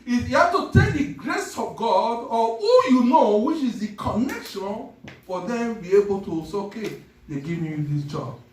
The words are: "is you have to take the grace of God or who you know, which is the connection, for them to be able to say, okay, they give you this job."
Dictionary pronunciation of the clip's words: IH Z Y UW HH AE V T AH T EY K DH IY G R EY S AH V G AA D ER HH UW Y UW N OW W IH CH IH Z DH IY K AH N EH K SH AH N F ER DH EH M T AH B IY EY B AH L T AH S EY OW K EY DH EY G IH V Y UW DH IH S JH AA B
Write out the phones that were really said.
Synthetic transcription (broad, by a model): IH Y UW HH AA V T AH T EY K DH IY G R EY S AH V G AA D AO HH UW Y UW N OW W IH CH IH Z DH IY K AH N EH K SH AH N F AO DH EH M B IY EY B AH L T AH S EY OW K EY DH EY G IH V Y UW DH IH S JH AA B